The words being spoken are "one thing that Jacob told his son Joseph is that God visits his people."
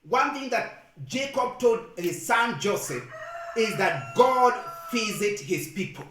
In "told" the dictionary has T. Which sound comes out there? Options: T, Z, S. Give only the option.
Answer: T